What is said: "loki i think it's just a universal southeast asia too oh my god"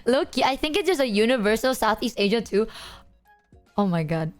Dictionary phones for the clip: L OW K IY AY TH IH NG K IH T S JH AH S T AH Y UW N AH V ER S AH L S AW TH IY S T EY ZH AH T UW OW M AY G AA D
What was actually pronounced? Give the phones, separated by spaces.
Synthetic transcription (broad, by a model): L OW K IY AY TH IH NG K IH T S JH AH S AH Y UW N AH V ER S AH L S AW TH IY S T EY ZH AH T UW OW M AY G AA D